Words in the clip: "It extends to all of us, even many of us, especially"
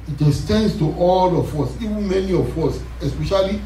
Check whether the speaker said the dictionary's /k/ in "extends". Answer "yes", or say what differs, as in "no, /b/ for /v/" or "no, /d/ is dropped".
no, /k/ is dropped